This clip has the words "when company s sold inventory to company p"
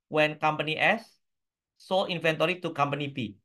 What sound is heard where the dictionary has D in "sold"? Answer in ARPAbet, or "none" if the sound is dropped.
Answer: none